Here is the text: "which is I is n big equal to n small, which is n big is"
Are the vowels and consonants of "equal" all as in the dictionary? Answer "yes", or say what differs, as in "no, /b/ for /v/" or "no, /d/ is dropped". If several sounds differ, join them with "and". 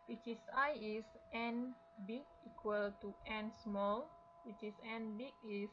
yes